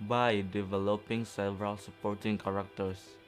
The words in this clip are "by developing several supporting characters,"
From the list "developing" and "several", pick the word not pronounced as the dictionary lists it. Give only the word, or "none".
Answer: none